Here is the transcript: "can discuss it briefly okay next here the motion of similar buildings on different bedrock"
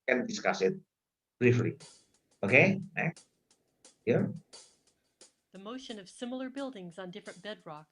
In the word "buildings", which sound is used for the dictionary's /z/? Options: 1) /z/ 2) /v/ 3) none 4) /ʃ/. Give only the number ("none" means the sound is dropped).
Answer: 1